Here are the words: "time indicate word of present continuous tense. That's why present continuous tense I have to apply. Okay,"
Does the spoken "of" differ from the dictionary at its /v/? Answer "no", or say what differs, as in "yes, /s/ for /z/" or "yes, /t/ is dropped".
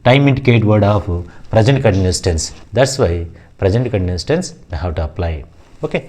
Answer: yes, /p/ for /v/